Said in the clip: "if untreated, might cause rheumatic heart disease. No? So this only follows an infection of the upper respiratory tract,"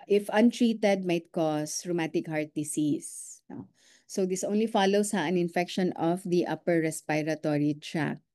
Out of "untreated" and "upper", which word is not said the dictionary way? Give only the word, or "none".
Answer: none